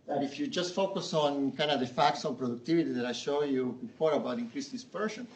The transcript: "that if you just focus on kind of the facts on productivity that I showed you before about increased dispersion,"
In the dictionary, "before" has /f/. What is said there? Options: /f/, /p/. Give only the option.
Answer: /p/